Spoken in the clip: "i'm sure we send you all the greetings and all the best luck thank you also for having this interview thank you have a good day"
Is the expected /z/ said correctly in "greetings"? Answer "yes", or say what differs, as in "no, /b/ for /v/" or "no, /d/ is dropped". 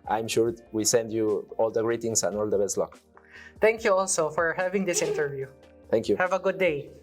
no, /s/ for /z/